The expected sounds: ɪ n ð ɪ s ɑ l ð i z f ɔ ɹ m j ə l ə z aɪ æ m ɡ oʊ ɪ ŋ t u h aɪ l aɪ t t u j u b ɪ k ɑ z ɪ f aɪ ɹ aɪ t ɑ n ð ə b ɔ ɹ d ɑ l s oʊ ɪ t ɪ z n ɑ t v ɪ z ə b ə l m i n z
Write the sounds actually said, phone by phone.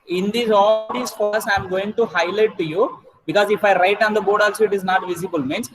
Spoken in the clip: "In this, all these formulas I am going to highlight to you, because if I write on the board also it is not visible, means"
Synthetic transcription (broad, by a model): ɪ n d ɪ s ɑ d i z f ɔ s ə ə m ɡ oʊ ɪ ŋ t u h aɪ l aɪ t t u j u b ɪ k ɑ z ɪ f aɪ ɹ aɪ t ɑ n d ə b ɔ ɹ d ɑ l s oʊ ɪ t ɪ z n ɑ t v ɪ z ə b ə l m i n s